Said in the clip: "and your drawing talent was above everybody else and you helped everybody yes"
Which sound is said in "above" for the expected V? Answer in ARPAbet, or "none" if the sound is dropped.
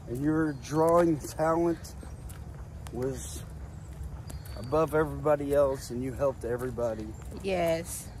V